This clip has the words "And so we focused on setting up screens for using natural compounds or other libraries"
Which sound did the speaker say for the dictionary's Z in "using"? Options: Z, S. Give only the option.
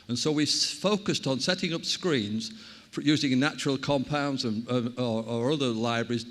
Z